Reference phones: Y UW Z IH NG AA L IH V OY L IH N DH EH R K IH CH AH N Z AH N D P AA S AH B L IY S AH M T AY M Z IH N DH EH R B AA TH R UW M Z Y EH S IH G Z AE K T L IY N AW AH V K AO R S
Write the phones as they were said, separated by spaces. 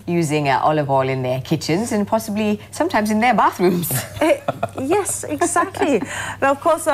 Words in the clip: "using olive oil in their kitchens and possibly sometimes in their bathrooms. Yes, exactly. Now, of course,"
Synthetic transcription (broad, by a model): Y UW Z IH NG AA L IH V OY L IH N DH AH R K IH CH AH N Z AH N P AA S AH B L IY S AH M T AY M Z IH N DH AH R B AA TH R UW M Z Y EH S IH G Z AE K T L IY AH V K AO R S